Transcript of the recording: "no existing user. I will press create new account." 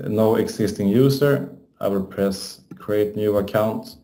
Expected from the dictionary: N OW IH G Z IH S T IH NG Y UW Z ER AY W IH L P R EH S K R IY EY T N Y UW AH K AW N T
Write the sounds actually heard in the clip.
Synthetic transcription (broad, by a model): N OW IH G S IH S T IH NG Y UW S ER AY W IH L P R EH S K R IY EY T N Y UW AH K AW N T